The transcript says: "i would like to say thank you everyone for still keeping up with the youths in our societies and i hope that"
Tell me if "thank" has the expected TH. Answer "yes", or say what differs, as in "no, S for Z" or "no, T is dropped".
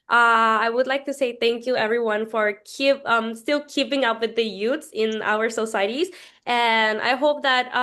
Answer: yes